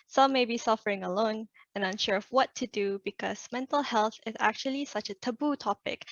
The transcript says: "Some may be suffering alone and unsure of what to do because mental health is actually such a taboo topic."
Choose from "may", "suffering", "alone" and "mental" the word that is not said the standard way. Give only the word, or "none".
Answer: none